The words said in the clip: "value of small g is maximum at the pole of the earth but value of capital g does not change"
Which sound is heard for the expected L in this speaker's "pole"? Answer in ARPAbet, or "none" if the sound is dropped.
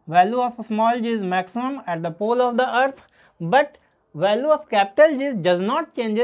L